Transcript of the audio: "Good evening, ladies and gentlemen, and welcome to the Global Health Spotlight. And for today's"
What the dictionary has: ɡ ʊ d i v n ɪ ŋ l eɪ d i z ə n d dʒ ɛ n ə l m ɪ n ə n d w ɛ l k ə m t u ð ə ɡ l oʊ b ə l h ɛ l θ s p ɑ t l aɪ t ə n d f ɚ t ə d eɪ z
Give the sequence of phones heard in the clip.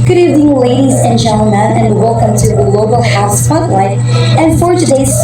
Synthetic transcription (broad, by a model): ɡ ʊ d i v ɪ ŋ l eɪ d i z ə n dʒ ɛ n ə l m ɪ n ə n w ɛ l k ə m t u ð ə l oʊ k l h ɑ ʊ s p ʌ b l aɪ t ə n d f ɚ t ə d eɪ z